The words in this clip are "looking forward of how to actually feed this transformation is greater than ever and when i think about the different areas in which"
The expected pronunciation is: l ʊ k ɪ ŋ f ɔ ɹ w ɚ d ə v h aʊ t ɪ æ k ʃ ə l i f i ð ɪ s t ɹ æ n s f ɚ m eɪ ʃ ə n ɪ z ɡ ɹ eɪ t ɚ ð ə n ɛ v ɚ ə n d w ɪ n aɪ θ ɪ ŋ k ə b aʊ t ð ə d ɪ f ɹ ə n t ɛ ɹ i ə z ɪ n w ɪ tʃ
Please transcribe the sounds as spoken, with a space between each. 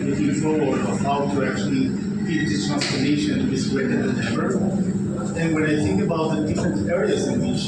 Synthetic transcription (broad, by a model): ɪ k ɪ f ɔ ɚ ə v h aʊ t ɪ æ k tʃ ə l i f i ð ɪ t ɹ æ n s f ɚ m eɪ ʃ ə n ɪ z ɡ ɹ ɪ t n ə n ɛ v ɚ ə n w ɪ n aɪ θ ɪ ŋ k ə b aʊ t ð ə d ɪ f ɹ ə n t ɛ ɹ i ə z ɪ n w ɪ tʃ